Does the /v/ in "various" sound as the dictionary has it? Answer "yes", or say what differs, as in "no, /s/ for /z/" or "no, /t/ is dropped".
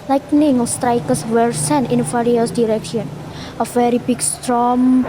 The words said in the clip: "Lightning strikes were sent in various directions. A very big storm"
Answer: no, /f/ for /v/